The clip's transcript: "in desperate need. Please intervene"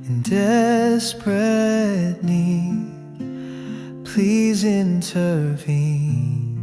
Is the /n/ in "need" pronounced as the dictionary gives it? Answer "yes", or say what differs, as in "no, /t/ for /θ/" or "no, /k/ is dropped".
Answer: no, /l/ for /n/